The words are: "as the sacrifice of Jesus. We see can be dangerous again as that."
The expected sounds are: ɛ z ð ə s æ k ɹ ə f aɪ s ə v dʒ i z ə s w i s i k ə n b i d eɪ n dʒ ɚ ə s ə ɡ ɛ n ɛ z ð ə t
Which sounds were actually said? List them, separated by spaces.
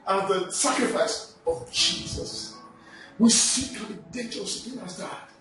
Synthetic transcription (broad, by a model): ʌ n ð ə s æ k ɹ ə f aɪ s ə v dʒ i z ə s w i s i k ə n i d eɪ dʒ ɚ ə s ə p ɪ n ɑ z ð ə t